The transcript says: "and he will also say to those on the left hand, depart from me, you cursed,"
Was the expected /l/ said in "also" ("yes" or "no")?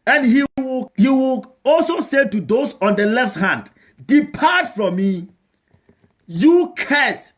yes